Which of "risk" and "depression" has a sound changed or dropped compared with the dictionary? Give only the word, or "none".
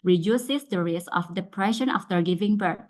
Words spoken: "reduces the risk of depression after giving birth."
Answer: risk